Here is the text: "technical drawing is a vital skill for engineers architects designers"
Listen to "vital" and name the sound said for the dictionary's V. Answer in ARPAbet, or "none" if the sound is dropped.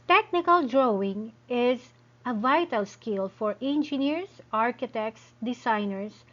V